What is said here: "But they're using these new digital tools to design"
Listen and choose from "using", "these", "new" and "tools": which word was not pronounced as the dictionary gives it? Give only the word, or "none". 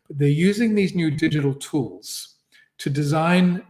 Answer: none